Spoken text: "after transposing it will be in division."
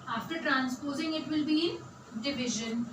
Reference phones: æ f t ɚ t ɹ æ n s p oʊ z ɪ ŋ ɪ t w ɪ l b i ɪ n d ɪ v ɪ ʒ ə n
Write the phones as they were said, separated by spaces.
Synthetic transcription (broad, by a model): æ f t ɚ t ɹ æ n s p oʊ z ɪ ŋ ɪ t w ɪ l b i d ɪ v ɪ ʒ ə n